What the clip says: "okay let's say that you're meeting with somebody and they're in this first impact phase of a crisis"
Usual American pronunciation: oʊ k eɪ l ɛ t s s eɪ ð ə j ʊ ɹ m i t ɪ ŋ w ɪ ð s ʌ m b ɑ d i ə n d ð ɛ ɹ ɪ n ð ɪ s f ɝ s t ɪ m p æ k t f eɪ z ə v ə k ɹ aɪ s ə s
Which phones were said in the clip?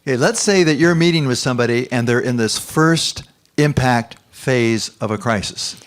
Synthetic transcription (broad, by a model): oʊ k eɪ l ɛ t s s eɪ ð ə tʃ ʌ ɹ m i t ɪ ŋ w ɪ ð s ʌ m b ɑ d i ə n ð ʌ ɹ ɪ n ð ɪ s f ɝ s t ɪ m p æ k t f eɪ z ə v ə k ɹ aɪ s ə s